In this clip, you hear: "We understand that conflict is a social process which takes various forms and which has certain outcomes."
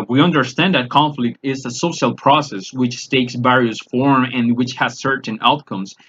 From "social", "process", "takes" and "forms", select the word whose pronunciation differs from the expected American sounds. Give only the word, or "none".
forms